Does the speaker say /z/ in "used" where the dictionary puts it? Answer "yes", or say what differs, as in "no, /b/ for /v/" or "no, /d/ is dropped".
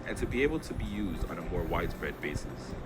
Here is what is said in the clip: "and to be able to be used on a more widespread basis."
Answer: yes